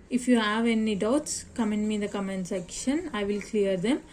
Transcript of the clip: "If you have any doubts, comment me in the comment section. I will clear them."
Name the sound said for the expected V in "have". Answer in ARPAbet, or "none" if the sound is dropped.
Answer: V